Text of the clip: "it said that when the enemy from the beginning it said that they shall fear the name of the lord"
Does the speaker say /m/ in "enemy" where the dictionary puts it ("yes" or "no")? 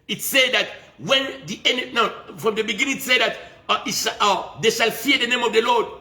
no